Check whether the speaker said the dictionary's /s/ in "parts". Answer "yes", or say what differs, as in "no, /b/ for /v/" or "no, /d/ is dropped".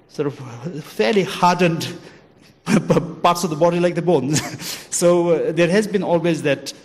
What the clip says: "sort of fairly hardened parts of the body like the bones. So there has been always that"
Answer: yes